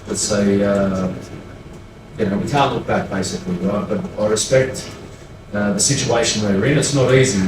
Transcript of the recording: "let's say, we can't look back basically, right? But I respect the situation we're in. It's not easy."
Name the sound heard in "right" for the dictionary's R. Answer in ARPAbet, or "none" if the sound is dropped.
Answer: W